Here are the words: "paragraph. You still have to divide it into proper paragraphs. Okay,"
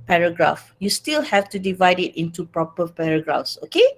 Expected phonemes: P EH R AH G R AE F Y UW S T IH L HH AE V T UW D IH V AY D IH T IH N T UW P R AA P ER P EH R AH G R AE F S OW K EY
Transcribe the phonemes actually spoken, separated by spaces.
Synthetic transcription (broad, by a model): P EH R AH G R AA F Y UW S T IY L HH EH F T UW D IH V AY D IH T IH N T UW P R AA P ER P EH R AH G R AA F S OW K EY